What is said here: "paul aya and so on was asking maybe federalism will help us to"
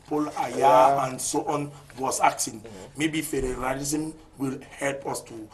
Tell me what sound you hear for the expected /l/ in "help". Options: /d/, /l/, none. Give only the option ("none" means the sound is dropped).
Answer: /l/